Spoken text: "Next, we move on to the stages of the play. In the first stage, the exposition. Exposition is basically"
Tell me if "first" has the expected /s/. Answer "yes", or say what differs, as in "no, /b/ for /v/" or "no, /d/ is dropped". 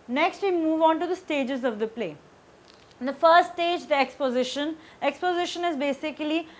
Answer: no, /s/ is dropped